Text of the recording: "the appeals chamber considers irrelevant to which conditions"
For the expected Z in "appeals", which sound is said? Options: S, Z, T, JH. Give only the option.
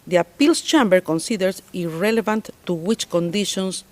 S